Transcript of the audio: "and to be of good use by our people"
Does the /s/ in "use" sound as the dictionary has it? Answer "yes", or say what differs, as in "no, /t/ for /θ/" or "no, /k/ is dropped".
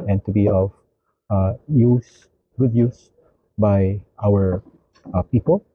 yes